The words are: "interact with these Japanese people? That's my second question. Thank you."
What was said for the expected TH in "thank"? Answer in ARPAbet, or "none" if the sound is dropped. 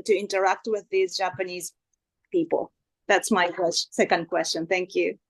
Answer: TH